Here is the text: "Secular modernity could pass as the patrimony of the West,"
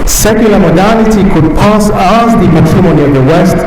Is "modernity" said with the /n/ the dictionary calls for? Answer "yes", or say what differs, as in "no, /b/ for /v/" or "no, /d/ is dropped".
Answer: no, /l/ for /n/